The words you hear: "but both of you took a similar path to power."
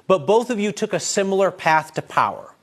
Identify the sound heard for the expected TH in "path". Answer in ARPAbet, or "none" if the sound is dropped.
TH